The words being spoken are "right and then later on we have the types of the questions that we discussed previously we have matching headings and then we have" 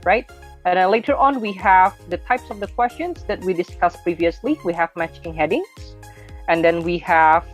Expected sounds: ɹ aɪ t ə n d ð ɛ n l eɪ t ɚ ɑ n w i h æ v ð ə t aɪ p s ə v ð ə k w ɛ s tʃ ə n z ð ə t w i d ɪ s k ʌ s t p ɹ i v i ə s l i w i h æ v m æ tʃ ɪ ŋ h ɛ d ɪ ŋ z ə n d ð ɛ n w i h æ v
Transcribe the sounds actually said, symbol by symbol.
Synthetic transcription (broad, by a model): ɹ aɪ t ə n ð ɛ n l eɪ t ɚ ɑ n w i h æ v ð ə t aɪ p s ə v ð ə k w ɛ s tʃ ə n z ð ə t w i d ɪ s k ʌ s p ɹ i v i ə s l i w i h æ v m æ tʃ ɪ ŋ h ɛ d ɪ ŋ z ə n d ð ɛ n w i h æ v